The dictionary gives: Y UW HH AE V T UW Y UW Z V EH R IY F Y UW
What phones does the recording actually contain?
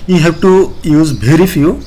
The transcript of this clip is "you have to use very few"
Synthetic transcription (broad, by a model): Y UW HH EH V T UW Y UW Z B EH R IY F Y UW